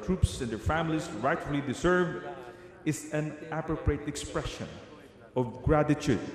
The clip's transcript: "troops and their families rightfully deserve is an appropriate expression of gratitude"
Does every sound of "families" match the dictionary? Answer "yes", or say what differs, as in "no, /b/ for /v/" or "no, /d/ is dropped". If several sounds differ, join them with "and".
no, /s/ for /z/